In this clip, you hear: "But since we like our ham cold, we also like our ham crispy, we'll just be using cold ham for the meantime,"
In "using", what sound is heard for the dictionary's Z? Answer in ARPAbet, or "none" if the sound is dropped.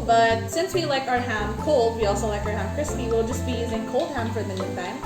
Z